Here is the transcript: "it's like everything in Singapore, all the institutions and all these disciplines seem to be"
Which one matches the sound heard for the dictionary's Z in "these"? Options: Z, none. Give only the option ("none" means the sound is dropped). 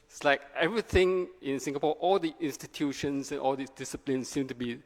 none